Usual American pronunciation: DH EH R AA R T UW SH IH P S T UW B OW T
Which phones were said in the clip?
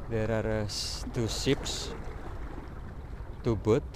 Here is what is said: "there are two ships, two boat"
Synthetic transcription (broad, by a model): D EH R AA R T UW S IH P S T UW B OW T